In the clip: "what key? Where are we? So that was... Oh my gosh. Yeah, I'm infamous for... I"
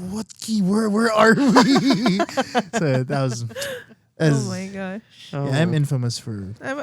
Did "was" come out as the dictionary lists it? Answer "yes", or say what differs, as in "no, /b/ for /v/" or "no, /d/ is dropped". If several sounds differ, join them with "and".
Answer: yes